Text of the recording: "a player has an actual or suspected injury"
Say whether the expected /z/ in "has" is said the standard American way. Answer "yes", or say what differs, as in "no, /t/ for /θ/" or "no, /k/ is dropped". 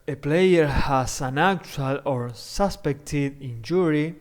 no, /s/ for /z/